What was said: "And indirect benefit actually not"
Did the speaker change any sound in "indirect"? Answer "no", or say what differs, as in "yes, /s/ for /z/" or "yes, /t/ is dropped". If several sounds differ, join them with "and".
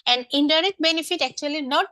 yes, /k/ is dropped